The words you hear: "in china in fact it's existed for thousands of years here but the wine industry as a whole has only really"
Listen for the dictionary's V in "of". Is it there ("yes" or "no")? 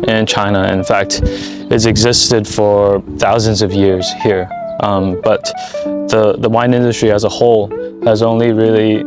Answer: yes